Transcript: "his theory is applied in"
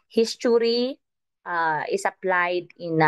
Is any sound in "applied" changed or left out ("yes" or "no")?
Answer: no